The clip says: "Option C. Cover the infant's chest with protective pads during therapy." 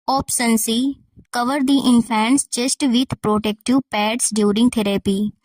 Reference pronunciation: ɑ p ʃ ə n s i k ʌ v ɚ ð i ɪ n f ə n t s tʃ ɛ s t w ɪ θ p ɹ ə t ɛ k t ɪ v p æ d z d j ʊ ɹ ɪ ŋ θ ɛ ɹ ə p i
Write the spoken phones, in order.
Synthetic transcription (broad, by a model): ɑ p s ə n s i k ʌ v ɚ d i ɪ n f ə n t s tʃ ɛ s t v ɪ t p ɹ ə t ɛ k t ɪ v p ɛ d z d j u ɹ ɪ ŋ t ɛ ɹ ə p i